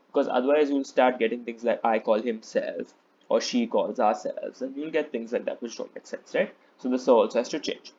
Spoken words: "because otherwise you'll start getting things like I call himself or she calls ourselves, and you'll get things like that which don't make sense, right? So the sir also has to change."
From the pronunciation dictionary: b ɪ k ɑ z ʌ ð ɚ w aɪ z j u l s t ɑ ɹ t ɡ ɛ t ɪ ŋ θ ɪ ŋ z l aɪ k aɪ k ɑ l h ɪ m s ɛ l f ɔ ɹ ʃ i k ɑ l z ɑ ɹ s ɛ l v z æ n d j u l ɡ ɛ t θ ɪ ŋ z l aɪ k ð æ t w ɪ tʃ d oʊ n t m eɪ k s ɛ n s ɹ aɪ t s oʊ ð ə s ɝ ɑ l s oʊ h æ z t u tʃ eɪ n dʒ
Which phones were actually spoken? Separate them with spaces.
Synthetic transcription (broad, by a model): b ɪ k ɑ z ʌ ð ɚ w aɪ z j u l s t ɑ ɹ t ɡ ɛ t ɪ ŋ t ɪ ŋ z l aɪ k aɪ k ɑ l h ɪ m s ɛ l f ɔ ɹ ʃ i k ɑ l z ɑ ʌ s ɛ l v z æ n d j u l ɡ ɛ t t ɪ ŋ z l aɪ k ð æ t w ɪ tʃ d oʊ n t m eɪ k s ɛ n s ɹ aɪ t s oʊ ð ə s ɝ ɑ l s oʊ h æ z t u tʃ eɪ n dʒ